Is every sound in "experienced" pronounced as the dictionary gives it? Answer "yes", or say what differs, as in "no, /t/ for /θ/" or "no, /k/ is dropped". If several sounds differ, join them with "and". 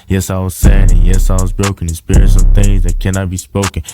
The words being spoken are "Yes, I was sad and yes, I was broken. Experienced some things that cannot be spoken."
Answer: no, /k/ is dropped